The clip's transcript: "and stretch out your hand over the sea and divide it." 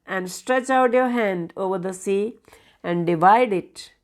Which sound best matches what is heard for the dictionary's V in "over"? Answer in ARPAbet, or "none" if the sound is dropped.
V